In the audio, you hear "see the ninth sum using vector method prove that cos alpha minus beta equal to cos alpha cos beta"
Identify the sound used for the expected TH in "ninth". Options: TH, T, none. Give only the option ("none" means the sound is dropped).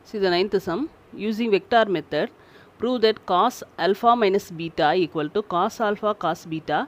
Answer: T